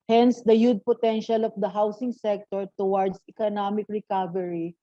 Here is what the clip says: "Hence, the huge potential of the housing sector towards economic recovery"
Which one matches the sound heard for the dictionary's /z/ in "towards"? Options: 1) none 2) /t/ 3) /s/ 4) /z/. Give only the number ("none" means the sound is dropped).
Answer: 3